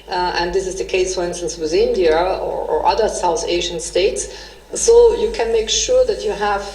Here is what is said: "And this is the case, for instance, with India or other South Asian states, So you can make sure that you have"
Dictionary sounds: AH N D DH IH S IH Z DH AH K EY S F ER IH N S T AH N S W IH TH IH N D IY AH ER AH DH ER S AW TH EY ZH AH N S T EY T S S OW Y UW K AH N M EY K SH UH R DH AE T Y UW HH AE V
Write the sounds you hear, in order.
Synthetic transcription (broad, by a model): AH N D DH IH S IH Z DH AH K EY S F ER IH N S T AH N S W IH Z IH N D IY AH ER AH DH ER S AW TH EY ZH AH N S T EY T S S OW Y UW K AH N M EY K SH UH R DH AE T Y UW HH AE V